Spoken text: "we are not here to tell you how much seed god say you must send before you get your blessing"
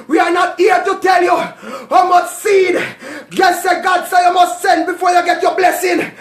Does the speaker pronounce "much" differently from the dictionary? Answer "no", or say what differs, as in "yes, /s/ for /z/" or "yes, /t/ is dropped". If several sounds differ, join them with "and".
yes, /s/ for /tʃ/